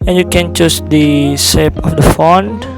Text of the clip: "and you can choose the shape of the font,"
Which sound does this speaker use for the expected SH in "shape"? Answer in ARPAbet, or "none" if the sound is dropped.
S